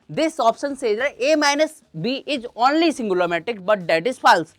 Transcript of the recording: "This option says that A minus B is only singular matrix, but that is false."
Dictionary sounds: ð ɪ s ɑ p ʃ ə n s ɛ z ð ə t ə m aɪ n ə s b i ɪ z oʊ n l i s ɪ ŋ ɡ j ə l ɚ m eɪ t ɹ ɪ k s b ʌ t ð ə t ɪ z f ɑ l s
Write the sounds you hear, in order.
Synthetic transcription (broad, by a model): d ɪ s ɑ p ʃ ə n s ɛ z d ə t ə m aɪ n ə s b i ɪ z oʊ n l i s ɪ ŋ ɡ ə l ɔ m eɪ t ɪ k b ʌ t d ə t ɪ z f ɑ l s